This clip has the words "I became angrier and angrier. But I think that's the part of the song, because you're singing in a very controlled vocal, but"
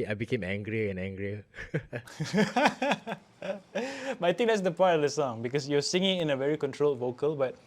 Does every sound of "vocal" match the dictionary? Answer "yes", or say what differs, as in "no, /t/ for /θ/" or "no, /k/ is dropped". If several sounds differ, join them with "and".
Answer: yes